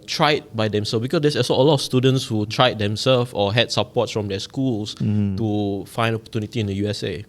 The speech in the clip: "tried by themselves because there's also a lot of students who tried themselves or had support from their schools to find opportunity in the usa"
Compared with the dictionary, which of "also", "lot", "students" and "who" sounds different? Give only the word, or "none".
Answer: also